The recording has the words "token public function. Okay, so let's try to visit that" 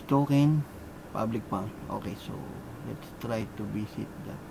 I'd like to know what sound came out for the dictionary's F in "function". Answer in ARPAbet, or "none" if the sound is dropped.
P